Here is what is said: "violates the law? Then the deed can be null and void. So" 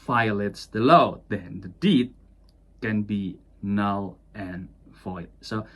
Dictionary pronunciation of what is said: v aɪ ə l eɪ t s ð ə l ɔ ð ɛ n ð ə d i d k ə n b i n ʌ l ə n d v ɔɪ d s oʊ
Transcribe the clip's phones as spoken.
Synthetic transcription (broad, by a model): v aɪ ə l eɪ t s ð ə l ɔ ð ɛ n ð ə d i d k ə n b i n ʌ l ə n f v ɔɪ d s oʊ